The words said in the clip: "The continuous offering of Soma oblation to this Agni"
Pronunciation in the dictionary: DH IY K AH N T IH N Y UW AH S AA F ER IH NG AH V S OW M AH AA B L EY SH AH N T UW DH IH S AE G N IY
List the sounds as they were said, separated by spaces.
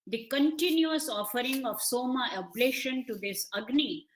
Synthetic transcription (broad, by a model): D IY K AH N T IH N Y UW AH S AA F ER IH NG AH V S OW M AH AA B L EY SH AH N T UW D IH S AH G N IY